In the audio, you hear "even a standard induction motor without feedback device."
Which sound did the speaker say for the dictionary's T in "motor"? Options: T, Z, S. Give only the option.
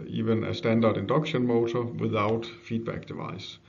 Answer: S